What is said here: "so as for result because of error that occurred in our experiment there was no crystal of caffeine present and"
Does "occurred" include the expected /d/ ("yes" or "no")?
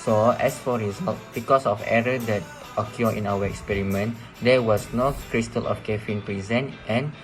no